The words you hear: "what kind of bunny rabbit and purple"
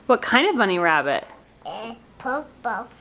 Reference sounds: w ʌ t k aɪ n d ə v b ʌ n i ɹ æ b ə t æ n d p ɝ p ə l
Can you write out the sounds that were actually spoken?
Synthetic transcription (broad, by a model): w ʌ t k aɪ n d ə v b ʌ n i ɹ æ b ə t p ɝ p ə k